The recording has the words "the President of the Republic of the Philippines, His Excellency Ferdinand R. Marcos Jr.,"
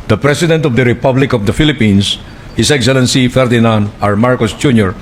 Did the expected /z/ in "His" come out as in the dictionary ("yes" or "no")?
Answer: no